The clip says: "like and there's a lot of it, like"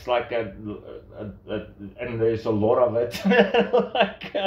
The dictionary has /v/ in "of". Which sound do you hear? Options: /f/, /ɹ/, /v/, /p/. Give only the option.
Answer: /v/